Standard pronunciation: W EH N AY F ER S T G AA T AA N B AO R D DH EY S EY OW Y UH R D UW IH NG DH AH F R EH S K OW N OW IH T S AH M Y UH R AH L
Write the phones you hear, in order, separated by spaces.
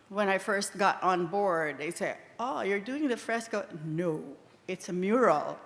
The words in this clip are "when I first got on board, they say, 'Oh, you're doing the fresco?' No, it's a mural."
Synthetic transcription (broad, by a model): W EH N AY F ER S T G AA T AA N B AO R D DH EY S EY OW Y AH R D UW IH NG DH AH F R EH S K OW N OW IH T S AH M Y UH R L